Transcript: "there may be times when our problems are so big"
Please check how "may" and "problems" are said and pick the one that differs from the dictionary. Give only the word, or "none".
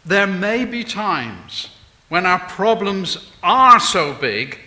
none